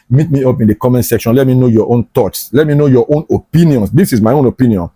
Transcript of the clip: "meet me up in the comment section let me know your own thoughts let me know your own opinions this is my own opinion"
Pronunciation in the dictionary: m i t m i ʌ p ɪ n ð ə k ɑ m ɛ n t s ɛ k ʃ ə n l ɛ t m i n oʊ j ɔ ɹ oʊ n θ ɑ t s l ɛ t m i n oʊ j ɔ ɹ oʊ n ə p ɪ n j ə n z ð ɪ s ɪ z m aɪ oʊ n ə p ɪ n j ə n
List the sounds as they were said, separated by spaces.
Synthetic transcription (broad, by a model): m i t m i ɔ p ɪ n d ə k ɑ m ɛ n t s ɛ k ʃ ə n l ɛ t m i n oʊ j ɔ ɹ oʊ n t ɑ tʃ s l ɛ t m i n oʊ j ɔ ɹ oʊ n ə p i n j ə n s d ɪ s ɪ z m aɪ oʊ n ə p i n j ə n